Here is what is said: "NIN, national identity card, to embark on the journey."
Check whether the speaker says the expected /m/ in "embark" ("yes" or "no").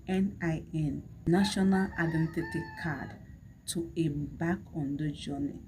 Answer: no